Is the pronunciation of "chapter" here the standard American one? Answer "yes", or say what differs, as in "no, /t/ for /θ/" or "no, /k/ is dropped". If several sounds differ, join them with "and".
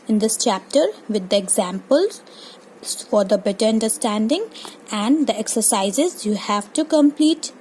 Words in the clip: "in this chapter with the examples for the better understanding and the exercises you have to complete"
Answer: yes